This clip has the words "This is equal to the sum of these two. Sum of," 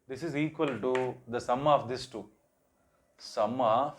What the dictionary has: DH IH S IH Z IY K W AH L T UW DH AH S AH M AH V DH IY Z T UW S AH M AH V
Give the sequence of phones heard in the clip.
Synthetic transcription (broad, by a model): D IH S IH Z IY K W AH L T UW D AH S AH M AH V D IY S T UW S AH M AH